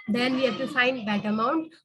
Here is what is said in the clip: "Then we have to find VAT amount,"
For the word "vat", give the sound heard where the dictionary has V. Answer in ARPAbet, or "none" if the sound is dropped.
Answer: B